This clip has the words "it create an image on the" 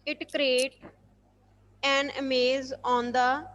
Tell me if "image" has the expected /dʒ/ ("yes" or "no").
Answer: no